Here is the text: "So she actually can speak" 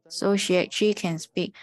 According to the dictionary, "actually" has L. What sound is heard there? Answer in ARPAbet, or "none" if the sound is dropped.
none